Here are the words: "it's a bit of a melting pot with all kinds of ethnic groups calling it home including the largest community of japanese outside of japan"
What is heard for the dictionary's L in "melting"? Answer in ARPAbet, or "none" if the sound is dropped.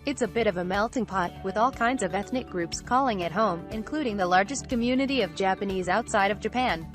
L